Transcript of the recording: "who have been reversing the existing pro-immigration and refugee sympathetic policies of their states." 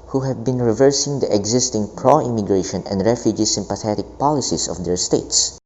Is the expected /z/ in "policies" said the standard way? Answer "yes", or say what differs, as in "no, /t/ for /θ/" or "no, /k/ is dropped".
no, /s/ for /z/